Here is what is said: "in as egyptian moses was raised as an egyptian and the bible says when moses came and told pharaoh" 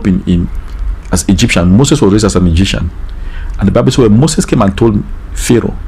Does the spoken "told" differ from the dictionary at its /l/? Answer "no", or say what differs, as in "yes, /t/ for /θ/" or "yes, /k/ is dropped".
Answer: no